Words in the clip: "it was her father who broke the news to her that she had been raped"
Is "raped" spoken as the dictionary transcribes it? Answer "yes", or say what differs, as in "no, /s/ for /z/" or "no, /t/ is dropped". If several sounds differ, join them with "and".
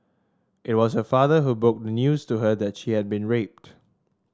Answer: yes